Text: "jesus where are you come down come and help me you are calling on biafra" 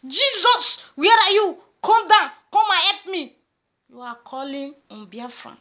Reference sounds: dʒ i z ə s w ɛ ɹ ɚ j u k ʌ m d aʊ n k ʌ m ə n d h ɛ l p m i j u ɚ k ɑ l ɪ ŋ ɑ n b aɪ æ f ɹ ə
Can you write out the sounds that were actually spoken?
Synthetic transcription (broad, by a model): dʒ i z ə s w ɛ ɹ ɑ j u k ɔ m d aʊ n k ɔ m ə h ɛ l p m i j u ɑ k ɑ l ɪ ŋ ɑ n b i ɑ f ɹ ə